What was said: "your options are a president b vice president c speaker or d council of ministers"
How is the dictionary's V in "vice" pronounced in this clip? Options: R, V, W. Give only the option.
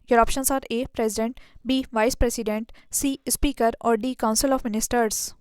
V